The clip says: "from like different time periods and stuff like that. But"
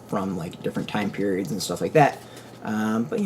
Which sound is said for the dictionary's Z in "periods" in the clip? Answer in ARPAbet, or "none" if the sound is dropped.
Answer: Z